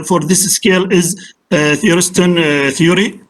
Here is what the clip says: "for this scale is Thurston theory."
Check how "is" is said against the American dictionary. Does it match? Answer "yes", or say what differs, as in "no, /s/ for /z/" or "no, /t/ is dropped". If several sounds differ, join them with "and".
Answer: yes